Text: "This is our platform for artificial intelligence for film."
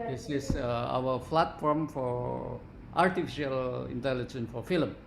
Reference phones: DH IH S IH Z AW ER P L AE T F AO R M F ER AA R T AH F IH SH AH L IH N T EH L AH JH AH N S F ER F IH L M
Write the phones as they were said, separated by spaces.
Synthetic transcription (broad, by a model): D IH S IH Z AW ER F L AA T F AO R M F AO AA R T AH F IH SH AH L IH N T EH L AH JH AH N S F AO F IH L M